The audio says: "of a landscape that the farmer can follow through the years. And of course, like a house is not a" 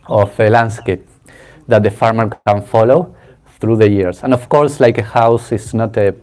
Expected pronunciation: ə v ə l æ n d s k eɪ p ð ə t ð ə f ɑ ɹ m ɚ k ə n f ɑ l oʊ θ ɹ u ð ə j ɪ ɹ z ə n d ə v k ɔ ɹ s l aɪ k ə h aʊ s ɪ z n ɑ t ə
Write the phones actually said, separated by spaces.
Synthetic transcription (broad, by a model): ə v ə l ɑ n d s k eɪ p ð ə t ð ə f ɑ ɹ m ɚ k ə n f ɑ l oʊ θ ɹ u ð ə j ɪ ɹ s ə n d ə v k ɔ ɹ s l aɪ k ə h aʊ s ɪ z n ɑ t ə